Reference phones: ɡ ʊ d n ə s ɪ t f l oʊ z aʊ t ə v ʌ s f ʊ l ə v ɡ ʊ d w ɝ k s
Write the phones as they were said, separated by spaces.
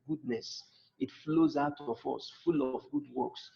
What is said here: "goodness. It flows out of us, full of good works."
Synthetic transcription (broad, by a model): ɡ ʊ d n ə s ɪ t f l oʊ z aʊ t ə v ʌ s f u l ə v ɡ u d w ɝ k s